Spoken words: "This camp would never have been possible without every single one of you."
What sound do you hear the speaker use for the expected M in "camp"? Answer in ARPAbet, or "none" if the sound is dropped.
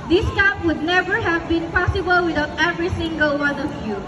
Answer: none